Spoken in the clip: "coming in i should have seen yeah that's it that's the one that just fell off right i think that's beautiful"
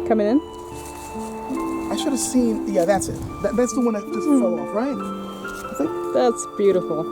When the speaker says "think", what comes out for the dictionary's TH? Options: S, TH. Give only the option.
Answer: S